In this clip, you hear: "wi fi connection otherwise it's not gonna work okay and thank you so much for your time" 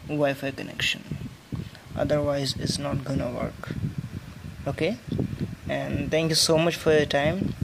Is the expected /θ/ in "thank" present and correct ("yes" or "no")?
no